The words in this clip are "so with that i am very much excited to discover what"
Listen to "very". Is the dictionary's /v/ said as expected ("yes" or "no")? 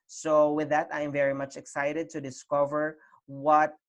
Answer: yes